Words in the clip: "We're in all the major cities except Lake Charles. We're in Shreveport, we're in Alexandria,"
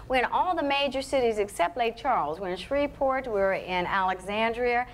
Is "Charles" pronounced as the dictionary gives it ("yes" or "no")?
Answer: yes